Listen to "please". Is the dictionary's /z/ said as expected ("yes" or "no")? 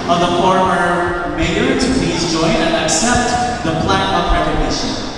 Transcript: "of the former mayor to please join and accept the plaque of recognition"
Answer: yes